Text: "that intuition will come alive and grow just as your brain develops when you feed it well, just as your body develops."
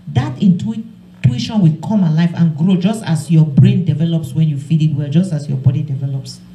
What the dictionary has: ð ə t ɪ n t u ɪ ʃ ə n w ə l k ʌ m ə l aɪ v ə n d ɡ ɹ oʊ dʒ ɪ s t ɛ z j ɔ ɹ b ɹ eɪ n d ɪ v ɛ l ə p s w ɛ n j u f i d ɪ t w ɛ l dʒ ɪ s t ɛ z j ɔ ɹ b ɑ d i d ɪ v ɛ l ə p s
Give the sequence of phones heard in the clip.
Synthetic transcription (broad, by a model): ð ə t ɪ n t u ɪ ʃ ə n w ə k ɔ m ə l aɪ f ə n ɡ ɹ oʊ dʒ ɪ s t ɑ s j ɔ b ɹ eɪ n d ɪ v ɛ l ə p s w ɛ n j u f i d ɪ t w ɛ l dʒ ɪ s t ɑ s j ɔ b ɑ d i d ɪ v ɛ l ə p s